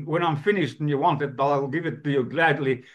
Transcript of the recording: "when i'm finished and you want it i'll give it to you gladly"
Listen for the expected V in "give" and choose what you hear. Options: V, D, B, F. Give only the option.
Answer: V